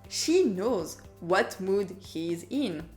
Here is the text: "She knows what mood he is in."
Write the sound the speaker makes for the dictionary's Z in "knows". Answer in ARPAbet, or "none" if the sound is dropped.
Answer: Z